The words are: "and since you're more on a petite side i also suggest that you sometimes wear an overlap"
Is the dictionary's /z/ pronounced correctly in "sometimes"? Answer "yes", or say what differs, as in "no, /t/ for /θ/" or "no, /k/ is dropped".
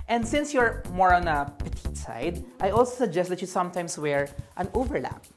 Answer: no, /s/ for /z/